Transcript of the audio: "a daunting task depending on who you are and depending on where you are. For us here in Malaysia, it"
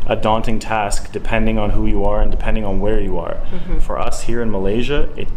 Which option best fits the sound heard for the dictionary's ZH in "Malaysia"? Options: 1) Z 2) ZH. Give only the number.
2